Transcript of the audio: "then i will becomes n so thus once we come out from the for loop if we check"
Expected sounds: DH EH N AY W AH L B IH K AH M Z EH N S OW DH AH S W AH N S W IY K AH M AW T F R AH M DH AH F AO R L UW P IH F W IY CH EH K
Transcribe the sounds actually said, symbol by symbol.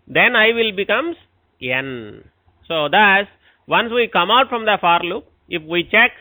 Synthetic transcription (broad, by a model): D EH N AY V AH L B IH K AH M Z EH N S OW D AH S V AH N S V IY K AH M AW T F R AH M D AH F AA R L UW P IH F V IY CH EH K